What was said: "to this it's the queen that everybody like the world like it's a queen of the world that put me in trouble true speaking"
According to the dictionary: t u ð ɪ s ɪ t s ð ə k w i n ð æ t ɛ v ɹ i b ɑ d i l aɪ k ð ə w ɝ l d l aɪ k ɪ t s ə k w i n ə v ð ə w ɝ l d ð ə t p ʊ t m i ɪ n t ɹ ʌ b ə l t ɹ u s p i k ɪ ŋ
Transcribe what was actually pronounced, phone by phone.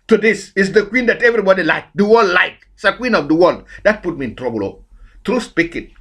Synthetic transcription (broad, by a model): t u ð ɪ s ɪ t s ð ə k w i n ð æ t ɛ v ɹ i b ɑ d i l aɪ k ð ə w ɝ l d l aɪ k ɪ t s ə k w i n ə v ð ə w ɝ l d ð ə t p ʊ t m i ɪ n t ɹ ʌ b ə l t ɹ u s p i k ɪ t